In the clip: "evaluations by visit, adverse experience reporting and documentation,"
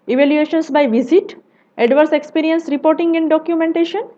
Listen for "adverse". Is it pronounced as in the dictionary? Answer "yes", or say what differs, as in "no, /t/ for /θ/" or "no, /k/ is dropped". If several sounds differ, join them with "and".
yes